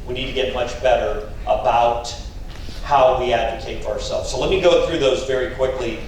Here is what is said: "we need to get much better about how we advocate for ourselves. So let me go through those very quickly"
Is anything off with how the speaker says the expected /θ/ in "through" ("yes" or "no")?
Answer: no